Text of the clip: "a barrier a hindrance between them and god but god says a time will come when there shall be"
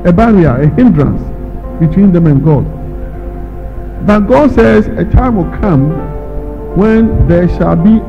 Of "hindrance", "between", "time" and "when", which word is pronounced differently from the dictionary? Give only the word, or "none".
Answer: none